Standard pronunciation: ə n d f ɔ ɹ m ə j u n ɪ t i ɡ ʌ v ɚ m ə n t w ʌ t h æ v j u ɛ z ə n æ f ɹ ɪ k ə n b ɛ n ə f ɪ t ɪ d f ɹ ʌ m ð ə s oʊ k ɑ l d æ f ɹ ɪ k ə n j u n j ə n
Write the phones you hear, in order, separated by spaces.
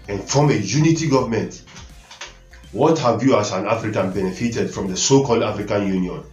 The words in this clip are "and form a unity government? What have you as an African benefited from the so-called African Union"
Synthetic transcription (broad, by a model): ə n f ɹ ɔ m ə j u n ɪ t i ɡ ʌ v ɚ m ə n t w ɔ t h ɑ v j u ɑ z ə n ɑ f ɹ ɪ k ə n b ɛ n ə f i t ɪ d f ɹ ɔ m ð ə s oʊ k ɑ l d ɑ f ɹ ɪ k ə n j u n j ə n